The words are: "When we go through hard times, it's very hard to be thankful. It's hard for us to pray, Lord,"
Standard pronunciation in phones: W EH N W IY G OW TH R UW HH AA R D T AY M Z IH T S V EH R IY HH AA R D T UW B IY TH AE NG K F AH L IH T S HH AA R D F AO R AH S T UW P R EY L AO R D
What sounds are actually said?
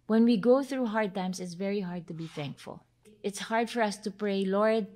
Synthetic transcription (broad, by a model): W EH N W IY G OW TH R UW HH AA R D T AY M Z IH T S V EH R IY HH AA R D T UW B IY TH AE NG K F AH L IH T S HH AA R D F AO R AH S T UW P R EY L AO R D